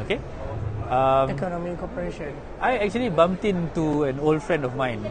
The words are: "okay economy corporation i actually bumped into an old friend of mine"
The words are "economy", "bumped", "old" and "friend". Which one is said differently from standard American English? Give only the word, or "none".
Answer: bumped